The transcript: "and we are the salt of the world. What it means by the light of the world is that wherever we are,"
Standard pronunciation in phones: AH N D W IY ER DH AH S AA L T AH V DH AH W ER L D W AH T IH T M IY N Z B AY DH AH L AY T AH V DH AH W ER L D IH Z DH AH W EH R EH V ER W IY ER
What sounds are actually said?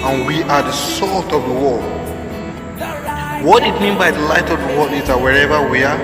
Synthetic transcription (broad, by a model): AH N W IY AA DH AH S AA L T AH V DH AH W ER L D W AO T IH T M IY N B AY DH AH L AY T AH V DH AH W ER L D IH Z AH W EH R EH V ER W IY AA